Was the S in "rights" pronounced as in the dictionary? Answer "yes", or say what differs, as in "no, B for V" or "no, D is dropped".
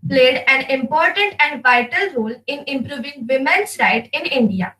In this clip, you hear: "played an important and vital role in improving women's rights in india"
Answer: no, S is dropped